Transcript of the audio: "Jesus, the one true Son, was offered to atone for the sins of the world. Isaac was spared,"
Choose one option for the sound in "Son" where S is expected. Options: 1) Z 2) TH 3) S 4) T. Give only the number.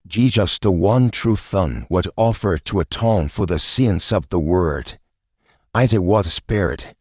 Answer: 2